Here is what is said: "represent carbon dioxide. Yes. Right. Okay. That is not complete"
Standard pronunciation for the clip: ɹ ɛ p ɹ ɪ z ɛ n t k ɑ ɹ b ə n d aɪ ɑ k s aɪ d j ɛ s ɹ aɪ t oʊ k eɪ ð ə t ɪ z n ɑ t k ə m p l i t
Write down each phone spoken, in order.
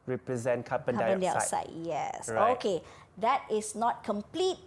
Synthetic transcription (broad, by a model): ɹ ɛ p ɹ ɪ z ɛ n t k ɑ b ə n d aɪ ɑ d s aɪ j ɛ s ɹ oʊ k eɪ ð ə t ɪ s n ɑ t k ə m p l i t